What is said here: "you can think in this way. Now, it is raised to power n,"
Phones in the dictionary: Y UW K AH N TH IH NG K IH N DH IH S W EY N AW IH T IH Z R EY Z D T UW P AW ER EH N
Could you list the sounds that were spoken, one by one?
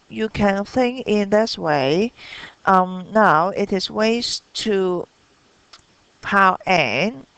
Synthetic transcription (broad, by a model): Y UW K AH N TH IH NG K IH N DH IH S W EY N AW IH T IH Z W EY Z T UW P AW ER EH N